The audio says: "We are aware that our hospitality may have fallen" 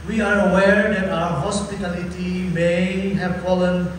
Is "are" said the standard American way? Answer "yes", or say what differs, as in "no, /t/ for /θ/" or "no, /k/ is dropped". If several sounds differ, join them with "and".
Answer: yes